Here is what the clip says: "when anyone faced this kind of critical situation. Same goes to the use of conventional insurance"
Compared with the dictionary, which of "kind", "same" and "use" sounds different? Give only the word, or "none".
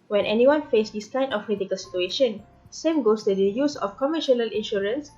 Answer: kind